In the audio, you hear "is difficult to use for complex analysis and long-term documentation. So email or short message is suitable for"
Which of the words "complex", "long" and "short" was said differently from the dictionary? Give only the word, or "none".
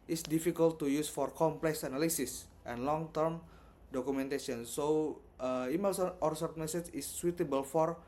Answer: short